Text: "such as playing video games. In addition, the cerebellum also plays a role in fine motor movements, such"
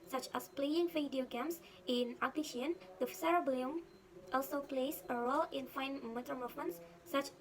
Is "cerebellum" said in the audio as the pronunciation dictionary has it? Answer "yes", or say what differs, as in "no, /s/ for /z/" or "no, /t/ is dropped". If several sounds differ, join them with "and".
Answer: no, /l/ is dropped